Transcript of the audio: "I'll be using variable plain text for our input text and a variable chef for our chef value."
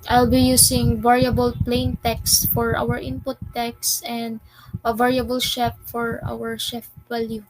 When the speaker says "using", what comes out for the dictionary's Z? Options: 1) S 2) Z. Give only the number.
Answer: 1